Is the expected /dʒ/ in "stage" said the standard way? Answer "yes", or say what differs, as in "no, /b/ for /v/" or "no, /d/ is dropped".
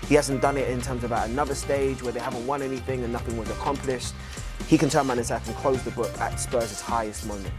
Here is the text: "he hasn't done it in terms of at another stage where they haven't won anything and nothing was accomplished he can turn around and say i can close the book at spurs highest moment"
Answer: yes